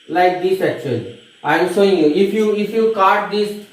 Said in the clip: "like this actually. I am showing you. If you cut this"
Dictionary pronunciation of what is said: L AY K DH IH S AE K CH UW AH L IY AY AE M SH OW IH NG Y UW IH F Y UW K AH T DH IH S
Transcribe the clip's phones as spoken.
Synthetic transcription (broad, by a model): L AY K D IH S AE K CH UW AH L IY AY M S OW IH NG Y UW IH F Y UW K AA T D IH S